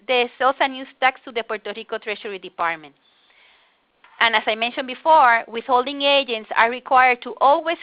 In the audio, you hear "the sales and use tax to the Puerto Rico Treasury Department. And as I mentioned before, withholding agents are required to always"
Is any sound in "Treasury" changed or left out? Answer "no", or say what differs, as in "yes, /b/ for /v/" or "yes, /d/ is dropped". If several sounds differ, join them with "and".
yes, /ʃ/ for /ʒ/